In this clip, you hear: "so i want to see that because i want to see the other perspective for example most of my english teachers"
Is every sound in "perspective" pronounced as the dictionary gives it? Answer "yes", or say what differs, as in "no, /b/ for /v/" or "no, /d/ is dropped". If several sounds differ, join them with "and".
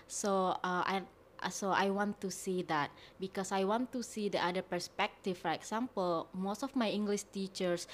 no, /f/ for /v/